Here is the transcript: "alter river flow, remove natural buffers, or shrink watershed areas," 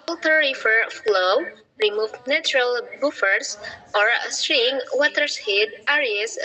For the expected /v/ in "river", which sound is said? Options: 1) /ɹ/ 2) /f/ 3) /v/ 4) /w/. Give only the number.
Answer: 2